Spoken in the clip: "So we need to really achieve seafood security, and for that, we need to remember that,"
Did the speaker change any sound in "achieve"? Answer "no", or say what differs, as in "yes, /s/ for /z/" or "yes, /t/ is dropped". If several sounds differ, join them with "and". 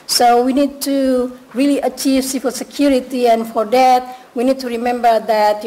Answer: no